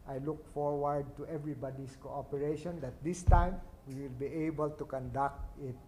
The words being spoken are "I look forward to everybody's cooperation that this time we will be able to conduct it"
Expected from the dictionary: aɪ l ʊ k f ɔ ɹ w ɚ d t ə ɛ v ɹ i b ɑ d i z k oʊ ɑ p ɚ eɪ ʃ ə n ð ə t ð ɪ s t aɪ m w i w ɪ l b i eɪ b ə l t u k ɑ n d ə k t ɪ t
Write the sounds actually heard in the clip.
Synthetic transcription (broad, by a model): aɪ l ʊ k f ɔ ɹ w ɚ d t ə ɛ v ɹ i b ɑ d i s k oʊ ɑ p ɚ eɪ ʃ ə n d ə t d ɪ s t aɪ m w i w ɪ l b i eɪ b ə l t u k ɑ n d ə k t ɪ t